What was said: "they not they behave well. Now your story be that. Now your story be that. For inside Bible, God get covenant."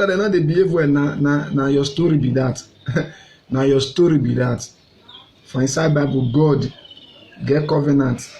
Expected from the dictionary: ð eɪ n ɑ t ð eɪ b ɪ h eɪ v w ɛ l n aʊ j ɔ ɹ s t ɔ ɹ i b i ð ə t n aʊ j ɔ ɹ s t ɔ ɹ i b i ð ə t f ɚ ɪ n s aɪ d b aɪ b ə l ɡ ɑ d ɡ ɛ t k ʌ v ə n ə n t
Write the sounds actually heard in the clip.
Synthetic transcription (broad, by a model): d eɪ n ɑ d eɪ b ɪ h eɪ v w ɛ n n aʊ j ɔ s t ɔ ɹ i b i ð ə t n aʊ j ɔ s t ɔ ɹ i b i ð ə t f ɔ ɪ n s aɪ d b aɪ b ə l ɡ ɑ d ɡ ɛ t k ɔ v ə n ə n t